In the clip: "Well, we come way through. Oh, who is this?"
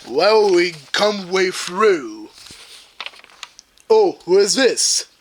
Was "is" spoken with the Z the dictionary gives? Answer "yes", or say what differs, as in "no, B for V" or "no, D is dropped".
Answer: yes